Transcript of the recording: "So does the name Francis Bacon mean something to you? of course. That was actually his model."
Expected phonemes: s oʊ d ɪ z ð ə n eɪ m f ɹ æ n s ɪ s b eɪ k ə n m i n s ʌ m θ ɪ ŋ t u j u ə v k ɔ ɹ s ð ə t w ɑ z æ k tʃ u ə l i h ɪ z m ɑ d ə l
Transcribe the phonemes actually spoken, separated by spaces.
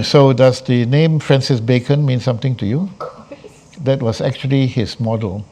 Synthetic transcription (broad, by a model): s oʊ d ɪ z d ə n eɪ m f ɹ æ n s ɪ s b eɪ k ə n m i n s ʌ m t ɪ ŋ t u j u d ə t w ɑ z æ k tʃ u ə l i h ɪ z m ɑ d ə l